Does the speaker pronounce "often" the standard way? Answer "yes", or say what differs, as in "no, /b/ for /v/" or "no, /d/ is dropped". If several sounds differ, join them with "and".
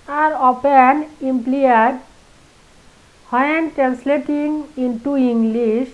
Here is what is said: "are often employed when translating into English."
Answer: no, /p/ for /f/